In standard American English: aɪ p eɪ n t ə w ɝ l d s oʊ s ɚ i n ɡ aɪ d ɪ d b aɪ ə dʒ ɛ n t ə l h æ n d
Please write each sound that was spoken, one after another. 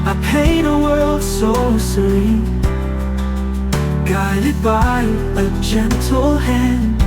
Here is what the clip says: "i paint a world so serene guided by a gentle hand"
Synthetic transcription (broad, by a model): aɪ p eɪ t ə w ɝ l d s oʊ s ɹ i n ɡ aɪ d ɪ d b aɪ ə dʒ ɛ n t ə l h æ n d